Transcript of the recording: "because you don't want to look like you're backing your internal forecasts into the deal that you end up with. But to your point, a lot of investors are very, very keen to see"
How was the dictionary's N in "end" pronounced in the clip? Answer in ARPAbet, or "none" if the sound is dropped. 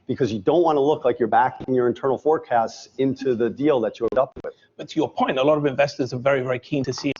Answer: none